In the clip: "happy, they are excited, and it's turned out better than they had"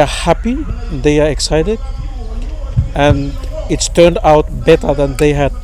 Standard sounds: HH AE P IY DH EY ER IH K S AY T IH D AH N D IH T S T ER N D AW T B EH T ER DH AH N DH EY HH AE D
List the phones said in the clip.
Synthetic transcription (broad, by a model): HH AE P IY DH EY ER IH K S AY T IH D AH N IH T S T ER N D AW T B EH T ER DH AH N DH EY HH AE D